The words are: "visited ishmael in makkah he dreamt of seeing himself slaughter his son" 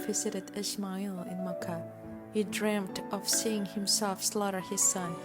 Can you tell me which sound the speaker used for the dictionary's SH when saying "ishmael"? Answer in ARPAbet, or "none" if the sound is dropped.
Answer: S